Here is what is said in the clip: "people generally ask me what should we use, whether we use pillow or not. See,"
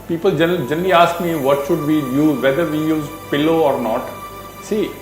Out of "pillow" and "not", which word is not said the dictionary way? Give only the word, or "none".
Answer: none